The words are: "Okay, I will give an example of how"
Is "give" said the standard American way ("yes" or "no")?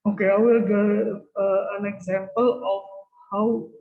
no